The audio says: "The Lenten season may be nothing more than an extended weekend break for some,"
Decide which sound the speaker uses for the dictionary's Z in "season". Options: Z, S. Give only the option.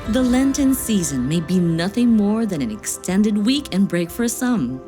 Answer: Z